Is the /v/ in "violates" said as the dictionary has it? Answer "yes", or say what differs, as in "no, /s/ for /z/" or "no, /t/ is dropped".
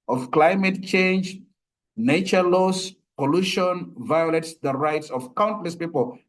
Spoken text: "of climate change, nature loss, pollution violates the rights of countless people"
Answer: yes